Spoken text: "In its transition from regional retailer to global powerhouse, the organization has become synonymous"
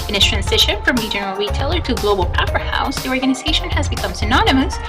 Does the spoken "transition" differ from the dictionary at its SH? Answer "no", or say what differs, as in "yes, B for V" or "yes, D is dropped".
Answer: no